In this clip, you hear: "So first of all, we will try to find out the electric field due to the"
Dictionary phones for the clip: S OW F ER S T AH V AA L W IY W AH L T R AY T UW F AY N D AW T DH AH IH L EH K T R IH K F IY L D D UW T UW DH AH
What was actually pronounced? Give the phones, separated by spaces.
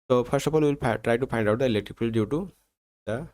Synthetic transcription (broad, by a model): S OW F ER S T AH P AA N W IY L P T R AY T UW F AY N D AW T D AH IH L EH K T R IH K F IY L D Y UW T UW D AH